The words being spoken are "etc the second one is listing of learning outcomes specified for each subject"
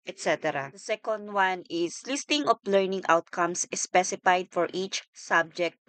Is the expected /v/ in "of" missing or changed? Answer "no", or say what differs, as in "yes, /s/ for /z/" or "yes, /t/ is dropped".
yes, /p/ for /v/